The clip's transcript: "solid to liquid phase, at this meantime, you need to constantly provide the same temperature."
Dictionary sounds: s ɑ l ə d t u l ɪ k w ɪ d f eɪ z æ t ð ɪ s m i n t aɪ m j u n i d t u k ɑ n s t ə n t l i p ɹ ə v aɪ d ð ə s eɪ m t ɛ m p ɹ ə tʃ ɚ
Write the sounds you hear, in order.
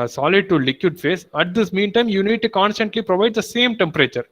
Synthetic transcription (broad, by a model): s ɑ l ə d t u l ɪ k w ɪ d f eɪ s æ t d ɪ s m i n t aɪ m j u n i d t u k ɑ n s t ə n t l i p ɹ ə v aɪ d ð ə s eɪ m t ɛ m p ɹ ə tʃ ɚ